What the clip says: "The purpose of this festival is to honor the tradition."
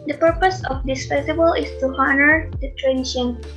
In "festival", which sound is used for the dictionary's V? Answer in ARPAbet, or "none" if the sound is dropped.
B